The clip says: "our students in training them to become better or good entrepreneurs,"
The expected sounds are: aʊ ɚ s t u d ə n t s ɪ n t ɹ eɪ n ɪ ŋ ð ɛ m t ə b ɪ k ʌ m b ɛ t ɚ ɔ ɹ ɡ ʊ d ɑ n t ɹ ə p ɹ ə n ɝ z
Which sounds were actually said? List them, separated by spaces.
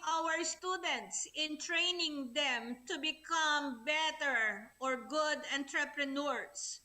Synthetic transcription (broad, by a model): aʊ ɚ s t u d ə n t s ɪ n t ɹ eɪ n ɪ ŋ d ɛ m t ə b ɪ k ʌ m b ɛ t ɚ ɔ ɹ ɡ ʊ d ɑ n t ɹ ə p ɹ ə n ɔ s